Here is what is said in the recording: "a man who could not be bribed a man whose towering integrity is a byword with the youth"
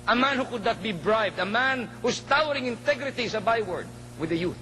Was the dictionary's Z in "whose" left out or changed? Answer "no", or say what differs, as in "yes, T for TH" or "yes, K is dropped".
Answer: yes, S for Z